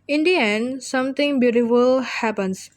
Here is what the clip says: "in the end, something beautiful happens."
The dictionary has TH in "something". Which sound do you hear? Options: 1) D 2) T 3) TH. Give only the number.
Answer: 2